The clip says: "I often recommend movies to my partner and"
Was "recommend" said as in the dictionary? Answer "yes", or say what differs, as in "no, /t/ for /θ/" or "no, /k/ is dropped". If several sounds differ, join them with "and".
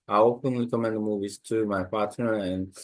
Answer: no, /l/ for /ɹ/